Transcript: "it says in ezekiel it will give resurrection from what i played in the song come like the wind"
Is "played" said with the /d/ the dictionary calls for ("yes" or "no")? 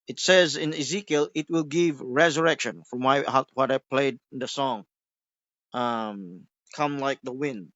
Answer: no